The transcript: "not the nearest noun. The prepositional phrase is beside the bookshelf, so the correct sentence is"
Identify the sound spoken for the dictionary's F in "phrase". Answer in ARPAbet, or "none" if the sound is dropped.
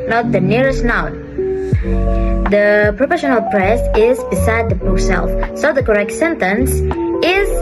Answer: P